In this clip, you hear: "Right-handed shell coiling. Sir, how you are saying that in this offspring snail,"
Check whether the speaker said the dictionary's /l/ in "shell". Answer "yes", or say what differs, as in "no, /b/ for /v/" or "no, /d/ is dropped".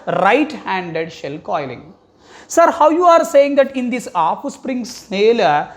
yes